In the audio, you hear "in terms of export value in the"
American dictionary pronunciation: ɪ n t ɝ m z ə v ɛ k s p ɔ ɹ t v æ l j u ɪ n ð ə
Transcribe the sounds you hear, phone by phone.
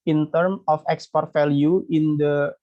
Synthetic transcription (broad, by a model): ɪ n t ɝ m ə f ɛ k s p ɔ ɹ t f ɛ l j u ɪ n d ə